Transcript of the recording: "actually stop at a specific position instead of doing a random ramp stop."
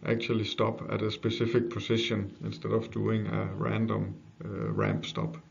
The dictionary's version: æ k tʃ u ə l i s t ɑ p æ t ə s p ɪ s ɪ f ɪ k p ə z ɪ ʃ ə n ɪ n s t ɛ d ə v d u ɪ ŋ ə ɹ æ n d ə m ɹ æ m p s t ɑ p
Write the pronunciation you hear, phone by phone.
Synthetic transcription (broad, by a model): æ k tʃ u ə l i s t ɑ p æ t ə s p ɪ s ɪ f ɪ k p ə s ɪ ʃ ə n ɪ n s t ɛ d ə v d u ɪ ŋ ə ɹ æ n d ə m ɹ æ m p s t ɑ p